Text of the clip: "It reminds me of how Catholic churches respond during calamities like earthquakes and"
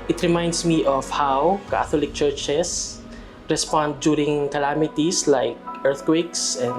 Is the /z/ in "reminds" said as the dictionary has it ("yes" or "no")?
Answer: no